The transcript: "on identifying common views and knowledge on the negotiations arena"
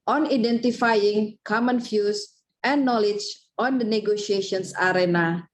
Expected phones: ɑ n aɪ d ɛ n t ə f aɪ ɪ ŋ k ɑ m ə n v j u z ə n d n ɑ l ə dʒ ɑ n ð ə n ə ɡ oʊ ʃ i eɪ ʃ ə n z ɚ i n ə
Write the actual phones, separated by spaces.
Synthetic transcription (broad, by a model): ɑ n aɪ d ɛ n t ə f aɪ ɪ ŋ k ɑ m ə n f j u s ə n n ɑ l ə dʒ ɑ n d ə n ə ɡ oʊ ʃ i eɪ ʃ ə n s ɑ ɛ n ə